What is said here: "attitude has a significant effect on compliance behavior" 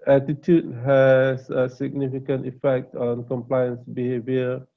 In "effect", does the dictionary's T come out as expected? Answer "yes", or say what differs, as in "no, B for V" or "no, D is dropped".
yes